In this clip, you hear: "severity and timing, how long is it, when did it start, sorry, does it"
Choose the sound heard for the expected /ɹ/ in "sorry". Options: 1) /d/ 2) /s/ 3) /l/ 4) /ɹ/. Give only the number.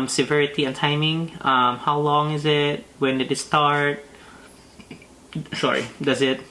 4